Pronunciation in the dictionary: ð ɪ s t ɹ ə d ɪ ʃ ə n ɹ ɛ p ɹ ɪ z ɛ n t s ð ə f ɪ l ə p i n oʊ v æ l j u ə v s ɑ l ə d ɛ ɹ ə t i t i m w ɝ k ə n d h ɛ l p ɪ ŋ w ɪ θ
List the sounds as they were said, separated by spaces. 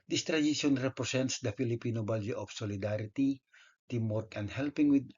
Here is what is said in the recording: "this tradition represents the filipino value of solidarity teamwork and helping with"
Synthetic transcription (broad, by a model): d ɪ s t ɹ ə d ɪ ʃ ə n ɹ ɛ p ɹ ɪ s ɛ n t s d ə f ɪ l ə p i n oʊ b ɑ l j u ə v s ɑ l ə d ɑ ɹ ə t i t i m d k ə n d h ɛ l p ɪ ŋ w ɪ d